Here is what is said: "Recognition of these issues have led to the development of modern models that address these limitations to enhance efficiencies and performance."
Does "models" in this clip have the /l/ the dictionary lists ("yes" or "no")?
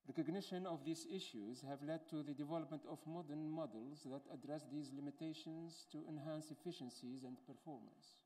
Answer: yes